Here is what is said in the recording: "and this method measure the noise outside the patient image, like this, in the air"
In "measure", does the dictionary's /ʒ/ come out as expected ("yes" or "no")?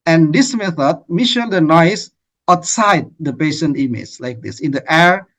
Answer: no